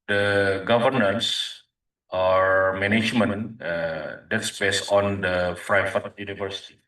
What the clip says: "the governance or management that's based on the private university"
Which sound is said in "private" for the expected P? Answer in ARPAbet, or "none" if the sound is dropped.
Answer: F